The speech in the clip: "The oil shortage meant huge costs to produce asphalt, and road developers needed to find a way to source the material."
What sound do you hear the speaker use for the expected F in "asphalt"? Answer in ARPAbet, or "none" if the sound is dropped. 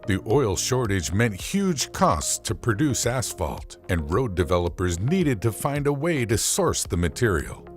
F